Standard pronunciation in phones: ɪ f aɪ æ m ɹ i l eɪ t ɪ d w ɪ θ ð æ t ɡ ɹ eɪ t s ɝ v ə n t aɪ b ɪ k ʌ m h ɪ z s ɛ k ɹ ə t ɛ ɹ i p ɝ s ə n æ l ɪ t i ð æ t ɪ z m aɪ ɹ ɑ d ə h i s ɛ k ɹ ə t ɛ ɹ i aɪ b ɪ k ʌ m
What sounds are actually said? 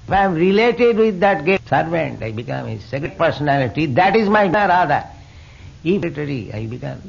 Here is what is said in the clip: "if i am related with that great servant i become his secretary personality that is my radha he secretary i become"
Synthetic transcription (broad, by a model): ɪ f aɪ m ɹ i l eɪ t ɪ d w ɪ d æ t ɡ eɪ s ɝ v ə n t aɪ b ɪ k ʌ m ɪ s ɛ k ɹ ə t p ɝ s ə n æ l ɪ t i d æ t ɪ z m aɪ ɹ ɑ d ə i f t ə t ɹ i aɪ b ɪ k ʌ m